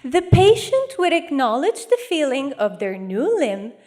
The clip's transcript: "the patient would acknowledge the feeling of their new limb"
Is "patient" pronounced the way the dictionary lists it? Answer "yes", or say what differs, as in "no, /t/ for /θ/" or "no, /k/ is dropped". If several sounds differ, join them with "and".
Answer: yes